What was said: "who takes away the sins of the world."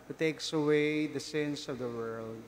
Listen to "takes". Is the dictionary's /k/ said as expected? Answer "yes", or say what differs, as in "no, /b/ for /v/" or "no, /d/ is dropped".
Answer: yes